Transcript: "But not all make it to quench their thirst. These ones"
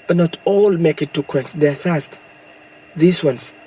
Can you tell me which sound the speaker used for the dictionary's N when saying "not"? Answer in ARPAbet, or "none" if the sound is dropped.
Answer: N